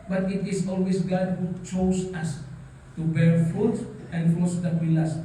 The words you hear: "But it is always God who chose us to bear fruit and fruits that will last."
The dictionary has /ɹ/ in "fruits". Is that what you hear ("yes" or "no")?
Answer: no